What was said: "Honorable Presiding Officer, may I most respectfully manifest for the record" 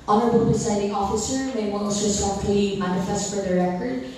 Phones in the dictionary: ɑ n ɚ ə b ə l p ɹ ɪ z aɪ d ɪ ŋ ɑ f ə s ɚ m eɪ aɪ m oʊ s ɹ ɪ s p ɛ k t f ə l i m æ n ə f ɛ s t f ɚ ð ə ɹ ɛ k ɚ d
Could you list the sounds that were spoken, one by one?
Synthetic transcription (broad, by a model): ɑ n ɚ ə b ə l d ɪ s aɪ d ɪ ŋ ɑ f ə s ɚ m eɪ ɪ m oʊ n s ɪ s ɛ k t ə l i m æ n ə f ɛ s t f ɚ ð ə ɹ ɛ k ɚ d